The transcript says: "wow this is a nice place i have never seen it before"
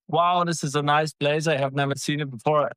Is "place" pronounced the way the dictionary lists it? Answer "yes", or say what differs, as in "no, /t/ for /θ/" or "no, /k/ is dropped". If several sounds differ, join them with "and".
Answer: no, /b/ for /p/